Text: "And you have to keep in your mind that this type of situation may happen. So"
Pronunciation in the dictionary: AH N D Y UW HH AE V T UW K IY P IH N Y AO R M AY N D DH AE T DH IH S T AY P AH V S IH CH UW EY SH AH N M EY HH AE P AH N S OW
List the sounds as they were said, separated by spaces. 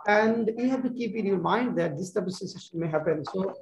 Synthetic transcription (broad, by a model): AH N D Y UW HH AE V T UW K IY P IH N Y AO R M AY N D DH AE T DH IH S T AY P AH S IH S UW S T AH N M EY HH AE P AH N S OW